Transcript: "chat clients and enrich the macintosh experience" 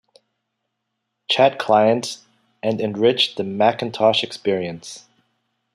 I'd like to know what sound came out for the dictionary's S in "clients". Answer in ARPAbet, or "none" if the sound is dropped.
none